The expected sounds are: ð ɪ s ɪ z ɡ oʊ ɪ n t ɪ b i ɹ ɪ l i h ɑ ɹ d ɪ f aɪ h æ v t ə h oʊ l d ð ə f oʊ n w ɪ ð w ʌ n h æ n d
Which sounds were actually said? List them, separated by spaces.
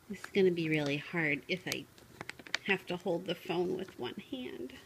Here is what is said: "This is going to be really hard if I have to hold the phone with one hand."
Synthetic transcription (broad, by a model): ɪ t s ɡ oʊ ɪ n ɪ b i ɹ ɪ l i h ɑ ɹ d ɪ f aɪ h æ f t ə h oʊ l d ð ə f oʊ n w ɪ ð w ʌ n h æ n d